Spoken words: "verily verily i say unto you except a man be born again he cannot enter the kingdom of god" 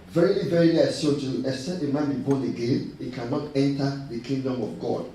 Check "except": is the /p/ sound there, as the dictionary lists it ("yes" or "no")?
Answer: no